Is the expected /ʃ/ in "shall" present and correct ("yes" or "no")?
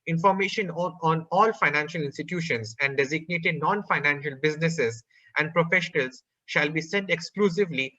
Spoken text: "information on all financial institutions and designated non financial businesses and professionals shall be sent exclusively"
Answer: yes